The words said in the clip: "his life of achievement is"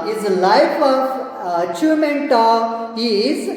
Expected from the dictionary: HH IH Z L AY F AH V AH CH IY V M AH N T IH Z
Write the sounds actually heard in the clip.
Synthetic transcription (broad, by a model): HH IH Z L AY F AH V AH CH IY M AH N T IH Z